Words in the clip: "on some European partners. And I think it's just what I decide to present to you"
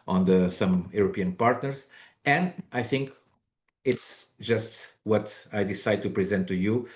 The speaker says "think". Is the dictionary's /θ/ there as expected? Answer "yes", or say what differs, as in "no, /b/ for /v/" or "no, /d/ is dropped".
yes